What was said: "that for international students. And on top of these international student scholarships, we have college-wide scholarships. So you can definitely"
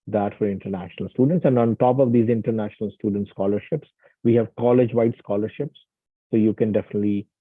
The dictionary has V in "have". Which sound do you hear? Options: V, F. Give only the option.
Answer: V